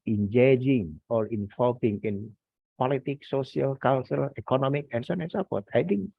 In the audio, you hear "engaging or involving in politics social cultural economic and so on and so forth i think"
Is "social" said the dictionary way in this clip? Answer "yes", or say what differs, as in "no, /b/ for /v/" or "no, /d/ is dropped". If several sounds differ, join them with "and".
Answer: no, /ʃ/ is dropped